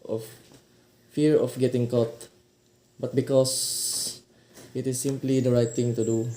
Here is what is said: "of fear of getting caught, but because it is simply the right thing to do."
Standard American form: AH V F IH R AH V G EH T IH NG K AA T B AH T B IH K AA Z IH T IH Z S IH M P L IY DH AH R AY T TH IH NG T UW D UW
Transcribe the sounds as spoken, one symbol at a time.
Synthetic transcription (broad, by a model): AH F F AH R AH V G EH T IH NG K AA T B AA T B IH K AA S IH T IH S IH M P L IY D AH R AY T T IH NG T UW D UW